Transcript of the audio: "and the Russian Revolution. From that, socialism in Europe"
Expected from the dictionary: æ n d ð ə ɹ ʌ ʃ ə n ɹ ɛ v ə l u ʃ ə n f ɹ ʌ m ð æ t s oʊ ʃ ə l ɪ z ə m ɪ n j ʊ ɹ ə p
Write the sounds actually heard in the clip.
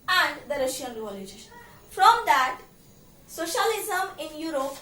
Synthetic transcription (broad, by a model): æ n d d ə ɹ ʌ ʃ ə n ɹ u ə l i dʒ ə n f ɹ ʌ m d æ t s oʊ ʃ ə l ɪ z ə m ɪ n j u ɹ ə p